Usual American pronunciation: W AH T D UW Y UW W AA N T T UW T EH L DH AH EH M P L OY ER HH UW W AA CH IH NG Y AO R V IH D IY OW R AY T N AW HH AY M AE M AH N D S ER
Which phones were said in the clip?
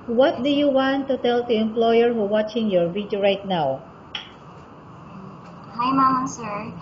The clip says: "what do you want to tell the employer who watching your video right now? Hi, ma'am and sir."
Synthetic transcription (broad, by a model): W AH T D UW Y UW W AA N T T UW T EH L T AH EH M P L OY ER HH UW W AA CH IH NG Y AO R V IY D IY R AY T N AW HH AY M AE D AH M S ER